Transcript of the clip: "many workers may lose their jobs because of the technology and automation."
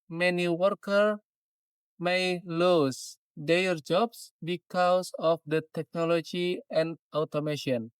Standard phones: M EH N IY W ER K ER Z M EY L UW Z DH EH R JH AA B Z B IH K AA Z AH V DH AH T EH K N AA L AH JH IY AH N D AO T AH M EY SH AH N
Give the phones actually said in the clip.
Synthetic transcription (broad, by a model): M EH N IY W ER K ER M EY L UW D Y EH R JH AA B S B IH K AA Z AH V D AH T EH K N AA L AH JH IY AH N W T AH M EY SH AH N